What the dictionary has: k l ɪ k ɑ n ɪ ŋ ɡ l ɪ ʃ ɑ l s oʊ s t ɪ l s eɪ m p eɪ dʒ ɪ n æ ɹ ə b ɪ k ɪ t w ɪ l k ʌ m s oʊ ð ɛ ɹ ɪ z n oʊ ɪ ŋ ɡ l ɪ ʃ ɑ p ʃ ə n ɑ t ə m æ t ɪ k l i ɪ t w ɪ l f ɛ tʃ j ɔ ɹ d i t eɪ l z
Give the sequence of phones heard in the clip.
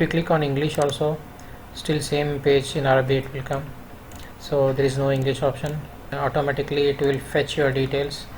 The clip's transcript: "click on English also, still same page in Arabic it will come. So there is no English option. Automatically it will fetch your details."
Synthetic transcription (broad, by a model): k l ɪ k ɑ n ɪ ŋ ɡ l ɪ ʃ ɑ l s oʊ s t ɪ l s eɪ m p eɪ dʒ ɪ n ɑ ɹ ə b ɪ ɪ t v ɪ l k ʌ m s oʊ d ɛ ɹ ɪ z n oʊ ɪ ŋ ɡ l ɪ ʃ ɑ p ʃ ə n ɑ t ə m æ t ɪ k l i ɪ t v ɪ l f ɛ tʃ j ɔ ɹ d i t eɪ l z